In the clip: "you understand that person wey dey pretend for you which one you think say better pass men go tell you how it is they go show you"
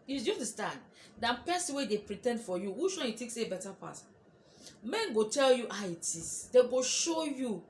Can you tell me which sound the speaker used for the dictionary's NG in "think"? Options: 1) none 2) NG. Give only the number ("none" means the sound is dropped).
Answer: 1